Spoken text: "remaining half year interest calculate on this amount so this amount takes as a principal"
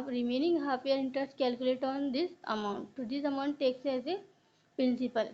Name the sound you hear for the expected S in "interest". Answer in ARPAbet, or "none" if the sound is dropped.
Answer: S